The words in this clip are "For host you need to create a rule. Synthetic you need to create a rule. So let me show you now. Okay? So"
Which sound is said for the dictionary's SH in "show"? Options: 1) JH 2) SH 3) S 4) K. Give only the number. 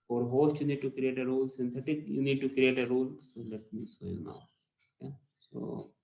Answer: 3